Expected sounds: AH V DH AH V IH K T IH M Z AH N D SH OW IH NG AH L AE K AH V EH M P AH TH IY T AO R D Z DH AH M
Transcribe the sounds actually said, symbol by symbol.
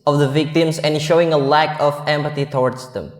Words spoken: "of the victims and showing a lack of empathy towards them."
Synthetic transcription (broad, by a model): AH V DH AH V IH K T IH M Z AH N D SH OW IH NG AH L AE K AH V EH M P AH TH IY T AO R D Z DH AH M